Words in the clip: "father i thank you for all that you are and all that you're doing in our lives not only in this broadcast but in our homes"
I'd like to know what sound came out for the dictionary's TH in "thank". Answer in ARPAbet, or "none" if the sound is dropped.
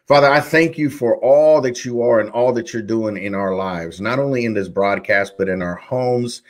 TH